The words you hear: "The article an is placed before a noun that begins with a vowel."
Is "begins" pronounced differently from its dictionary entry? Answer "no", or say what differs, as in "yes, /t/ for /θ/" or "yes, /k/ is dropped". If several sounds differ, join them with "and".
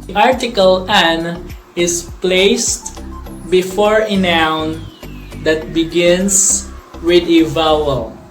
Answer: yes, /s/ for /z/